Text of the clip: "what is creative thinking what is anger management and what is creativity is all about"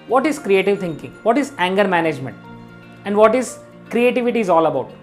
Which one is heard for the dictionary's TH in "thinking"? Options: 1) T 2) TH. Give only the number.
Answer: 1